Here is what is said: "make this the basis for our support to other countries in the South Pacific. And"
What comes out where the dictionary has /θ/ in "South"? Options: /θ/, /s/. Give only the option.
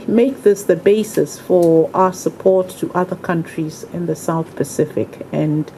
/θ/